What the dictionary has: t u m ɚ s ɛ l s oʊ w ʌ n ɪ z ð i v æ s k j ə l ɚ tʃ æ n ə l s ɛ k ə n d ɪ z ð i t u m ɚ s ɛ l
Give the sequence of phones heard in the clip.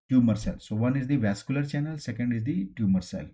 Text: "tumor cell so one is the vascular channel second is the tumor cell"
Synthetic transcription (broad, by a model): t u m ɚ s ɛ l s oʊ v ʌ n ɪ z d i v æ s k j ə l ɚ tʃ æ n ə l s ɛ k ə n d ɪ z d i t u m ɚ s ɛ l